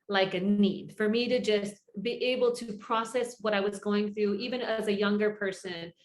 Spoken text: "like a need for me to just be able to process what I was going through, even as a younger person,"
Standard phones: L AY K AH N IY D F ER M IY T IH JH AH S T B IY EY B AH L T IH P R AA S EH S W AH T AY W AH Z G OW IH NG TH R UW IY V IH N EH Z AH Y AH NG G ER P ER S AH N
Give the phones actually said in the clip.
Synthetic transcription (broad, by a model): L AY K AH N IY D F ER M IY T IH JH AH S T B IY EY B L T IH P R AA S EH S W AH T AY W AH Z G OW IH NG TH R UW IY V IH N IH Z AH Y AH NG G ER P ER S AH N